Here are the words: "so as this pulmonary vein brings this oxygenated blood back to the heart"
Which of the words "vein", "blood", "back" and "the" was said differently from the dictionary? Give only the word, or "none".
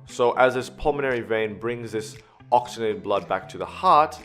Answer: none